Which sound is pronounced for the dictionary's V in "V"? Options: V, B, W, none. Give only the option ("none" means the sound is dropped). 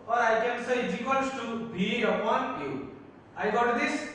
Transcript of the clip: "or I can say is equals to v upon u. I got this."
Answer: B